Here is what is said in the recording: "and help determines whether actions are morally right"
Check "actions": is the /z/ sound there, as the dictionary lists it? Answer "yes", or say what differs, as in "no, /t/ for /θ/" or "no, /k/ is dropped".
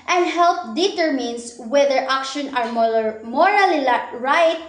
no, /z/ is dropped